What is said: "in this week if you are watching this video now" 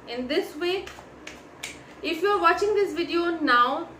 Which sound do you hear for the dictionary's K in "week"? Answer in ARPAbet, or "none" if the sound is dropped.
none